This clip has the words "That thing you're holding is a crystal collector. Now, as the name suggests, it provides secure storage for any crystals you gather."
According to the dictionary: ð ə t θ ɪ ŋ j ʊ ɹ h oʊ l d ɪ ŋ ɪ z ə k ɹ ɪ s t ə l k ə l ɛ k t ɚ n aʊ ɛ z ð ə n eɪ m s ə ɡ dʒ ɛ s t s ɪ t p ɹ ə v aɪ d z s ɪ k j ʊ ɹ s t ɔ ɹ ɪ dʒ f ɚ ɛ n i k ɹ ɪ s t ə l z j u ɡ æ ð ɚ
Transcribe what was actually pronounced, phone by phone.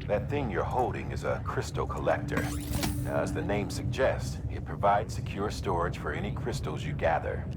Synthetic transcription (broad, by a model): ð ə t θ ɪ ŋ j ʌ ɹ h oʊ l d ɪ ŋ ɪ z ə k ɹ ɪ s t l k ə l ɛ k t ɚ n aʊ z ð ə n eɪ m s ə ɡ dʒ ɛ s t s ɪ t p ɹ ə v aɪ d z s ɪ k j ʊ ɹ s t ɔ ɹ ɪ ʒ f ɚ ɛ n i k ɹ ɪ s t l z j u ɡ æ ð ɚ